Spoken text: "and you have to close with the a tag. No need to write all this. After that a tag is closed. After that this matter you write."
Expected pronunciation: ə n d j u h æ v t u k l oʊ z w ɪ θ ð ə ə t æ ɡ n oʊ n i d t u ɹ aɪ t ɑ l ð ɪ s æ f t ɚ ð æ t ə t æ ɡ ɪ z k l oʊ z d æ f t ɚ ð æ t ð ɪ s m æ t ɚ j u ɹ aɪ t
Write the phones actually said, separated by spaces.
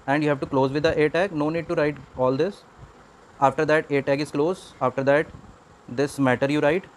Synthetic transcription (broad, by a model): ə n d j u h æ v t u k l oʊ z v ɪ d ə ə t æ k n oʊ n i d t u ɹ aɪ t ɑ l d ɪ s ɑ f t ɚ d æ t ə t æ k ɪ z k l oʊ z ɑ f t ɚ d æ t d ɪ s m æ t ɚ j u ɹ aɪ t